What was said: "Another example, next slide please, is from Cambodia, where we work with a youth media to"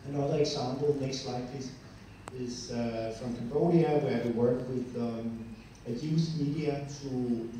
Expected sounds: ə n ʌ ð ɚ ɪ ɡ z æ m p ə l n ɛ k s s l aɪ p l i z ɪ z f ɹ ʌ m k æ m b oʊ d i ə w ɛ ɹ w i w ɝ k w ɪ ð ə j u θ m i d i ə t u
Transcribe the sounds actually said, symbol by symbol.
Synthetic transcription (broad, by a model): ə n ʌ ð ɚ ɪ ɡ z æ m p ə l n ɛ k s s l aɪ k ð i s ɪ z f ɹ ʌ m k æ m b oʊ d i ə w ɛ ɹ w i w ɝ k w ɪ ð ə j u s m i d i ə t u